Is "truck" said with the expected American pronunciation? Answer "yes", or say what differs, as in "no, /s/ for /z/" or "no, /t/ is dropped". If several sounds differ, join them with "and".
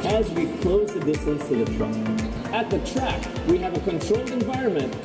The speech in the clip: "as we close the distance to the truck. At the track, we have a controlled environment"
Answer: no, /k/ is dropped